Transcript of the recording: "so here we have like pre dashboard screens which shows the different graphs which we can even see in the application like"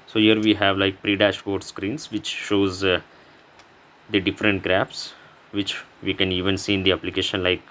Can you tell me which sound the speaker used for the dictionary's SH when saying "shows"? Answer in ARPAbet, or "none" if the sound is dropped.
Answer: SH